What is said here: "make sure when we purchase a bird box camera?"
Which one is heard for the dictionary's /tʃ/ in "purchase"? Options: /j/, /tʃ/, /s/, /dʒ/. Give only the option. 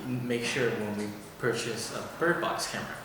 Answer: /tʃ/